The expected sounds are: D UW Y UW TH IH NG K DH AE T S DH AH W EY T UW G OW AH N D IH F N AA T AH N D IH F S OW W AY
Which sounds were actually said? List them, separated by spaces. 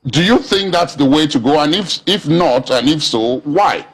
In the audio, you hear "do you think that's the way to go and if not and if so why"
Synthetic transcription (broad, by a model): D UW Y UW TH IH NG K DH AE T S DH AH W EY T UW G OW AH N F IH F N AA T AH N IH F S OW W AY